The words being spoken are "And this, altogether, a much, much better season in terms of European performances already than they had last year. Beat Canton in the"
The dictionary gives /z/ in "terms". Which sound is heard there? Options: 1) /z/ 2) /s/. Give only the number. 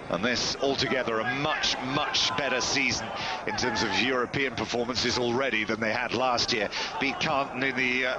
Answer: 1